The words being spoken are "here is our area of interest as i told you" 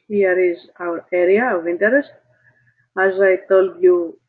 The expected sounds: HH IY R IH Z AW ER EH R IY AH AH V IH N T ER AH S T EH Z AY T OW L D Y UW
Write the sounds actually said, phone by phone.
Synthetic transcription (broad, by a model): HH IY R IH Z AW ER EH R IY AH AH V IH N T ER AH S T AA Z AY T OW L D Y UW